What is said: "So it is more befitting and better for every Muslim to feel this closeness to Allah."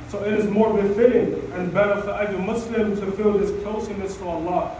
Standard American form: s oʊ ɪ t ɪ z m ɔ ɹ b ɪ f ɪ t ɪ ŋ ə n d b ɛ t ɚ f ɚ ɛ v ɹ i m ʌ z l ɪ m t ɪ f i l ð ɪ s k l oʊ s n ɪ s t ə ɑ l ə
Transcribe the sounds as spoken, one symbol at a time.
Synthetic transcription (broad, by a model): s oʊ ɪ t ɪ z m ɔ ɹ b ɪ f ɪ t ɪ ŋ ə n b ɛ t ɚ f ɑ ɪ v i m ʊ s l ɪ m t ɪ f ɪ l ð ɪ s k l s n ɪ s t ə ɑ l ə